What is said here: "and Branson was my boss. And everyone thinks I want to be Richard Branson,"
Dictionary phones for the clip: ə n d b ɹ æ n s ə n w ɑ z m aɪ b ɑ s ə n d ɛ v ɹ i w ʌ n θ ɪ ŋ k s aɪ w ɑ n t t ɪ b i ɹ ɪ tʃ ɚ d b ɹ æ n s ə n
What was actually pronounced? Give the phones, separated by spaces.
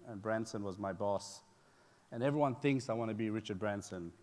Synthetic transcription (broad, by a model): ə n b ɹ æ n s ə n w ɑ z m aɪ b ɑ s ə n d ɛ v ɹ i w ʌ n θ ɪ ŋ k s aɪ w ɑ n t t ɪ b i ɹ ɪ tʃ ɚ d b ɹ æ n s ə n